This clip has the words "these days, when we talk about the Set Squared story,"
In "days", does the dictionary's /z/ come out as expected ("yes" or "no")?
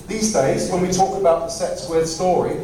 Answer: yes